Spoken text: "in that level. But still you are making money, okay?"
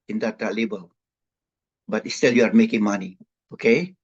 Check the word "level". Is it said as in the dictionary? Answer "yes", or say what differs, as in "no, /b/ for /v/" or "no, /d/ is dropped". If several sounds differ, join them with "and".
no, /b/ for /v/